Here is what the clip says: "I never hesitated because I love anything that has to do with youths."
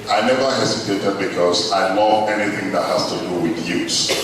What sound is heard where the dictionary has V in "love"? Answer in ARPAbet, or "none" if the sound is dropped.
none